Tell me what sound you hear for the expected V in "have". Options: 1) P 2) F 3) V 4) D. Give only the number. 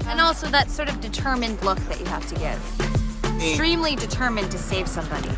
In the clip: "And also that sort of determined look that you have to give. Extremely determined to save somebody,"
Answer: 2